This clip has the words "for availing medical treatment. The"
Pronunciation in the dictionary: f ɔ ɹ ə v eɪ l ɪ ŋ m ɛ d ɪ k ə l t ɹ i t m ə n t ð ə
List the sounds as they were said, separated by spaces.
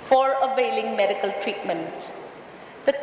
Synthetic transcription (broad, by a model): f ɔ ɹ ə v eɪ l ɪ ŋ m ɛ d ɪ k ə l t ɹ i t m ə n t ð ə